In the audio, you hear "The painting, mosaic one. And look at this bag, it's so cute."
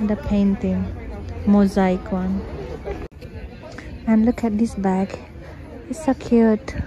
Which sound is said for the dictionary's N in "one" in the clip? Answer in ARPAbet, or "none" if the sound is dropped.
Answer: N